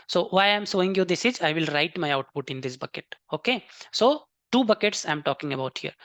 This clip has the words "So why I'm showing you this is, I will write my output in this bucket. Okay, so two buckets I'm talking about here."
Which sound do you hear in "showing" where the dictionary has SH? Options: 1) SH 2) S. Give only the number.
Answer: 2